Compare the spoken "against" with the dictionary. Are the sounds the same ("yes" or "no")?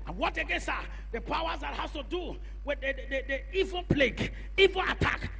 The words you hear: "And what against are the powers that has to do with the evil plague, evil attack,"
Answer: no